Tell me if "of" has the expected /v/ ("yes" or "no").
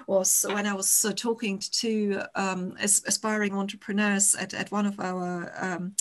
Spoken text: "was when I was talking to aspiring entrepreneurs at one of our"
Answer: yes